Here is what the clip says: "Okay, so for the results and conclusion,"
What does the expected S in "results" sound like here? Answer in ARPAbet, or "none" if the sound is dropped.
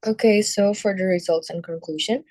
S